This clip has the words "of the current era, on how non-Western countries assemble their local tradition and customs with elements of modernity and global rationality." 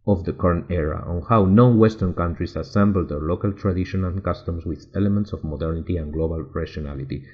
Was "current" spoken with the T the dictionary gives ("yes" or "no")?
no